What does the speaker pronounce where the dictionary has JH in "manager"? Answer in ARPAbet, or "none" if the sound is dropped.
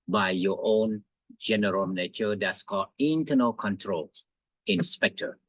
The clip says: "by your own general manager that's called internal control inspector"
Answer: CH